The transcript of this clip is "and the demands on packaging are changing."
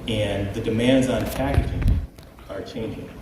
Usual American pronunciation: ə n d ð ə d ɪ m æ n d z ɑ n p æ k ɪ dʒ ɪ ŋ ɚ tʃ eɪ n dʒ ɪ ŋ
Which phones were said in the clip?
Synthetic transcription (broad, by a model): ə n ð ə d ɪ m æ n d z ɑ n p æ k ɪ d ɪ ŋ ɚ tʃ eɪ n dʒ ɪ ŋ